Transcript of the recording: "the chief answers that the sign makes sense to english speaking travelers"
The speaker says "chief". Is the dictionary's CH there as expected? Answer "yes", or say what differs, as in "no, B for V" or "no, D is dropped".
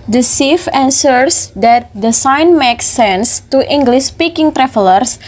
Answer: no, S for CH